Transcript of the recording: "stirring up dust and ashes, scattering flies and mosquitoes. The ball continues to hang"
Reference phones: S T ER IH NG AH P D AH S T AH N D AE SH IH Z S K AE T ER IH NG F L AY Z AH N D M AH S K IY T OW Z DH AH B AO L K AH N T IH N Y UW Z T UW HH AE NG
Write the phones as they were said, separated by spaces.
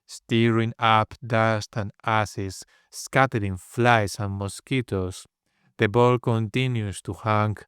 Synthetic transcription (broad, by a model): S T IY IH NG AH P D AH S T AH N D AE S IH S K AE T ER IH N F L AY S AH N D M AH S K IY T OW S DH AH B AO L K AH N T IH N Y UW S T UW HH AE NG